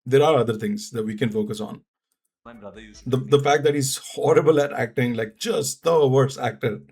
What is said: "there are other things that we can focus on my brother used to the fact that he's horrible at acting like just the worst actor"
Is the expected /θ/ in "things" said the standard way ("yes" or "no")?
no